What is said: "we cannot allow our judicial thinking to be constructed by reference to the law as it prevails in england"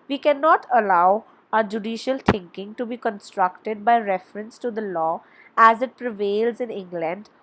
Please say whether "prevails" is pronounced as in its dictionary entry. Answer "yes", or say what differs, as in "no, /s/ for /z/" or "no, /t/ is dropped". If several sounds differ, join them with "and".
yes